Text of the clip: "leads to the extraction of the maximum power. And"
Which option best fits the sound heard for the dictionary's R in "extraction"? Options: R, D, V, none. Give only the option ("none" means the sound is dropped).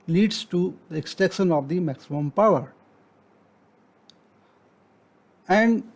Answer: none